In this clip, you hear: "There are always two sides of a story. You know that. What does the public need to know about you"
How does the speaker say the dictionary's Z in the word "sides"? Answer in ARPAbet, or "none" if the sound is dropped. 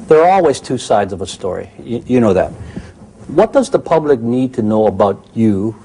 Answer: Z